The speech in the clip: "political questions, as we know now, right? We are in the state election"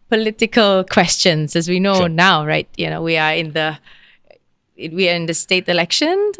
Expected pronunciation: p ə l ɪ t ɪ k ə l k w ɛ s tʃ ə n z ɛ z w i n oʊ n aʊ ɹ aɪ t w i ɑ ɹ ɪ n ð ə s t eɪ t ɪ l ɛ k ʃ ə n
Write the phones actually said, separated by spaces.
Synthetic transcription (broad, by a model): p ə l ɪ t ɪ k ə l k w ɛ s tʃ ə n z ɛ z w i n oʊ n aʊ ɹ aɪ t w i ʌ w ɪ n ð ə s t eɪ t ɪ l ɛ k ʃ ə n